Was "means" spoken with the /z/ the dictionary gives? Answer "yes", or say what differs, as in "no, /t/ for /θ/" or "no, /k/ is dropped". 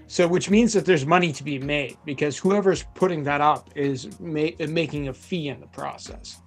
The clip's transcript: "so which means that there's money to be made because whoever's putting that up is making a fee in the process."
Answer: yes